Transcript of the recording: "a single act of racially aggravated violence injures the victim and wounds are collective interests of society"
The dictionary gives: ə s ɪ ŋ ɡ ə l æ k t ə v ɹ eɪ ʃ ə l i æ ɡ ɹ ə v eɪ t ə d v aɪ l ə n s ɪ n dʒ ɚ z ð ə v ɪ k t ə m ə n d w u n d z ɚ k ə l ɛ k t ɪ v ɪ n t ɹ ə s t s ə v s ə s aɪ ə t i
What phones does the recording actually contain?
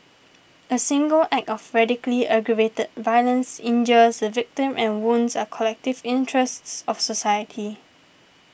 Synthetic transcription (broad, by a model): ə s ɪ ŋ ɡ ə l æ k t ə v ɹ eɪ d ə l i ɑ ɡ ɹ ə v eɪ t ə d v aɪ l ə n s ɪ n dʒ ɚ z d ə v ɪ k t ə m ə n w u n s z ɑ k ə l ɛ k t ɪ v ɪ n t ɹ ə s t s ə f s ə s aɪ ə t i